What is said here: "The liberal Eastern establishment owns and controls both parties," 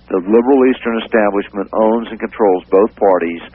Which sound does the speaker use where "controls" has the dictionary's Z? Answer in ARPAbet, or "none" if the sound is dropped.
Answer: Z